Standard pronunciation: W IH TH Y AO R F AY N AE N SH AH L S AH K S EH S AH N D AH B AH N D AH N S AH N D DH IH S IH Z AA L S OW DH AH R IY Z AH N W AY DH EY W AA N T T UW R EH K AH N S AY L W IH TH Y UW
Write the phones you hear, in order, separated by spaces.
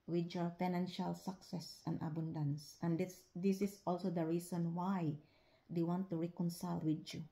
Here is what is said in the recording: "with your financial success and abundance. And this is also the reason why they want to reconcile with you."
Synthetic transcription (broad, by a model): W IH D Y AO R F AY N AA N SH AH L S AH K S EH S AH N D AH B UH N D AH N S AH N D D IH S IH S AA L S OW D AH R IY S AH N W AY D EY W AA N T T UW R EH K AH N S AY L W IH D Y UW